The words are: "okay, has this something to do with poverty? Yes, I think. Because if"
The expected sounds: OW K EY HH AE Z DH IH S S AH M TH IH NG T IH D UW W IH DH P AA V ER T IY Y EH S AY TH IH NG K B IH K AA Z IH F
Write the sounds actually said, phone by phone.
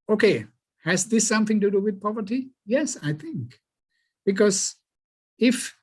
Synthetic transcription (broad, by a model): OW K EY HH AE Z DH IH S S AH M TH IH NG T IH D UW W IH DH P AA V ER T IY Y EH S AY TH IH NG K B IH K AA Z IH F